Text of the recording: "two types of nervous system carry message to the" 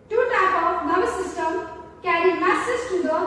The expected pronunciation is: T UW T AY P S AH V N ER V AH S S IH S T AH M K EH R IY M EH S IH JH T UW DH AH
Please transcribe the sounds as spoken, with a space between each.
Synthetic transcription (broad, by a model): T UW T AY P AH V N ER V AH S S IH S T AH M K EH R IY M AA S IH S T UW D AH